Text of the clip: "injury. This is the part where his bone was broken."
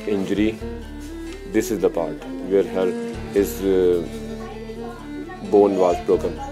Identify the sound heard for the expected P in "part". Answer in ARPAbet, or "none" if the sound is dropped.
P